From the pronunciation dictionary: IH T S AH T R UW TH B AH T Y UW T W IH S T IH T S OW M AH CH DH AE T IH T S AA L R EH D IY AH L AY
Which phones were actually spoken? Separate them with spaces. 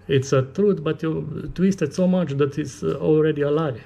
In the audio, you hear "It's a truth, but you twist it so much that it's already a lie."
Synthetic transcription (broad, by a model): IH T S AH T R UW T B AH T Y UW T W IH S T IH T S OW M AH CH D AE T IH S AA L R EH D IY AH L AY